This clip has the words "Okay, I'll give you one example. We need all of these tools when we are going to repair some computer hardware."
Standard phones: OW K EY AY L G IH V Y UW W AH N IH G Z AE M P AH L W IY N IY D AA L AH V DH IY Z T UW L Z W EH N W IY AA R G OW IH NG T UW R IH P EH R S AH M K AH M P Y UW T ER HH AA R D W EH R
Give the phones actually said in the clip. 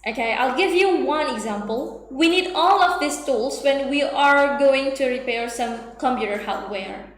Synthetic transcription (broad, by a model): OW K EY AY L G IH V Y UW W AH N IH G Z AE M P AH L W IY N IY D AA L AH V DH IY S T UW L S W EH N W IY AA R G OW IH NG T UW R IH P EH R S AH M K AH M P Y UW T ER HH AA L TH W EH R